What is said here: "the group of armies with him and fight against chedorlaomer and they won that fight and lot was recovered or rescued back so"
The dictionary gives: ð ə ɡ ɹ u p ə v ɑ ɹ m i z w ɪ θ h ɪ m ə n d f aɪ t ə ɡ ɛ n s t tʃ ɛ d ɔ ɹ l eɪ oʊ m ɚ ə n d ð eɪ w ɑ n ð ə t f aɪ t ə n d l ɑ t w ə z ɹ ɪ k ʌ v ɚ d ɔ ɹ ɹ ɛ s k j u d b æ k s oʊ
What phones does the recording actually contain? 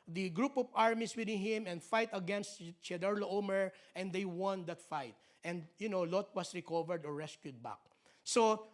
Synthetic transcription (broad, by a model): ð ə ɡ ɹ u p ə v ɑ ɹ m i s w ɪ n h ɪ m ə n d f aɪ t ə ɡ ɛ n s t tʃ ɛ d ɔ ɹ l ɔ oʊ m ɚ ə n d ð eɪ w ɑ n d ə t f aɪ t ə n d l ɑ t w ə s ɹ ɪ k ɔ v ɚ d ɔ ɹ ɹ ɛ s k j u d b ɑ k s oʊ